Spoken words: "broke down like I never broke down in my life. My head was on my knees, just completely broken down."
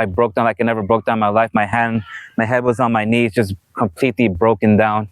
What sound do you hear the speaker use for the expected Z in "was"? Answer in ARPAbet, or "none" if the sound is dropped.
Z